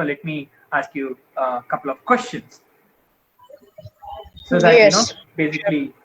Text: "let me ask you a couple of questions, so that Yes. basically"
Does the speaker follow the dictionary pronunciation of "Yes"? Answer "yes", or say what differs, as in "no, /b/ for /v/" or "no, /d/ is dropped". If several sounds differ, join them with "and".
no, /s/ is dropped